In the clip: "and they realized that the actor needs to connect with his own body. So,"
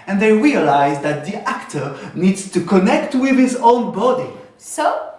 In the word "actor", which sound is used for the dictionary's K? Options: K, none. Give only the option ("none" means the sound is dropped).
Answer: K